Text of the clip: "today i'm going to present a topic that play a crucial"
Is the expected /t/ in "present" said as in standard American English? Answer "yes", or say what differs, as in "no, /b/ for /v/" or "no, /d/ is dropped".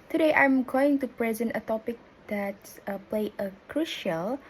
yes